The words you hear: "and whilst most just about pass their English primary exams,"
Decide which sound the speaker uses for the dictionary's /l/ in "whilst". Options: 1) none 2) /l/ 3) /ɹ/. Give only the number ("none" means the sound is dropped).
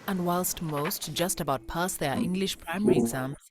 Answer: 2